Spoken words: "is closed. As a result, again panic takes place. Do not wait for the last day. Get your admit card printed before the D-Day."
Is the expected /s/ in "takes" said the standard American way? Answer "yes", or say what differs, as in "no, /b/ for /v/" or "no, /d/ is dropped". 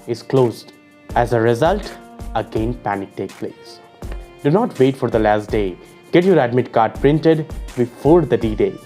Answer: no, /s/ is dropped